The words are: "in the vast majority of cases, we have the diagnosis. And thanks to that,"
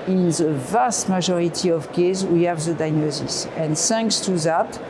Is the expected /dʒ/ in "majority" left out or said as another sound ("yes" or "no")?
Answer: yes